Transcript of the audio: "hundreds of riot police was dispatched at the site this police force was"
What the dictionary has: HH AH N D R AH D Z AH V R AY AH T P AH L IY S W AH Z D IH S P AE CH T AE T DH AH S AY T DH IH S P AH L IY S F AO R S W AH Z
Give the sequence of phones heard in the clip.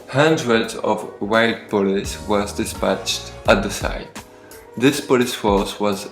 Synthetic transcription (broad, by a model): HH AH N D R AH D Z AH V W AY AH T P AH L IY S W AH Z D IH S P AE CH T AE T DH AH S AY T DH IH S P AH L IY S F AO R S W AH Z